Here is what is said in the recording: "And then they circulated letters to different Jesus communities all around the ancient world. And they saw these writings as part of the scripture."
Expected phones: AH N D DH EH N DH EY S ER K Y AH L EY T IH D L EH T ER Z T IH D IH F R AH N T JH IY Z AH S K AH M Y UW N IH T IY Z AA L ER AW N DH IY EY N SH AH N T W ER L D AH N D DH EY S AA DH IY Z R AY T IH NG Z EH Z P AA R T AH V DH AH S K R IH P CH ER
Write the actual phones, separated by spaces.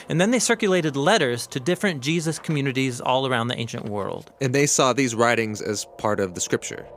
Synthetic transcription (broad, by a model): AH N DH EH N DH EY S ER K Y AH L EY T IH D L EH T ER Z T IH D IH F R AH N JH IY Z AH S K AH M Y UW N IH T IY Z AA L ER AW N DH IY EY N SH AH N T W ER L D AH N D DH EY S AA DH IY Z R AY T IH NG Z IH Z P AA R T AH V DH AH S K R IH P CH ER